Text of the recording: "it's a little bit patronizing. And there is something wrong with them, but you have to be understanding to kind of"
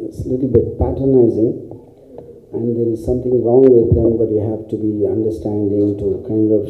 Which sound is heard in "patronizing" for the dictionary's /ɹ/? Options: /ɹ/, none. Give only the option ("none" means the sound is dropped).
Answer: none